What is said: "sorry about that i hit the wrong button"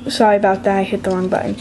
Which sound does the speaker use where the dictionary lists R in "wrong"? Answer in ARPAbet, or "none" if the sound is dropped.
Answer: L